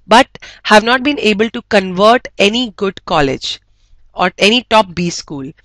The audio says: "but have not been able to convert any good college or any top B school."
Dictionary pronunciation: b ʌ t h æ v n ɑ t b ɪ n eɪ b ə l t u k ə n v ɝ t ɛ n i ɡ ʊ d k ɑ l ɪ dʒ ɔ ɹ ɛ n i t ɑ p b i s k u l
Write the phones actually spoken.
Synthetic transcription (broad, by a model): b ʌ t h æ v n ɑ t b ɪ n eɪ b ə l t u k ə n v ɝ t ɛ n i ɡ ʊ d k ɑ l ɪ dʒ ɔ ɹ ɛ n i t ɑ p b i s k u l